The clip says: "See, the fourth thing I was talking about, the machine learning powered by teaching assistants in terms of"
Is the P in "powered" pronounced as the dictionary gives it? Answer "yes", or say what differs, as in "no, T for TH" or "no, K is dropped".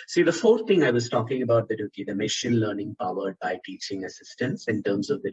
yes